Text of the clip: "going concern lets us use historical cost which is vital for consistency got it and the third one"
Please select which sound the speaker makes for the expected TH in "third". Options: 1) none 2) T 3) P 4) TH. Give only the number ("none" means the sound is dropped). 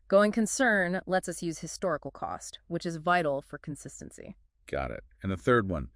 4